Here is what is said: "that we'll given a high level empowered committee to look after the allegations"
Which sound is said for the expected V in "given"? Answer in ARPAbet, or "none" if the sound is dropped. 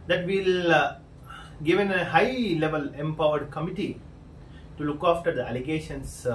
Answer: V